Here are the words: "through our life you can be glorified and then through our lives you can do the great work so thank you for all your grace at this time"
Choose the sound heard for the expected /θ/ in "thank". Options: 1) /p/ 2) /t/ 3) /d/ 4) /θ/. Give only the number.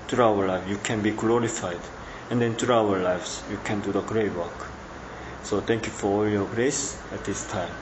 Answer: 2